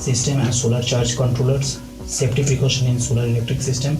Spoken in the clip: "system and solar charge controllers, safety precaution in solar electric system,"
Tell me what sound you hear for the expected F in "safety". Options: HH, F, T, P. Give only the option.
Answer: P